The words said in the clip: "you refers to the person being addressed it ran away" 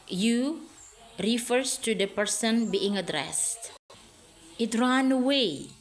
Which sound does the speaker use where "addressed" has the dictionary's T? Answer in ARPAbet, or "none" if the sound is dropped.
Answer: T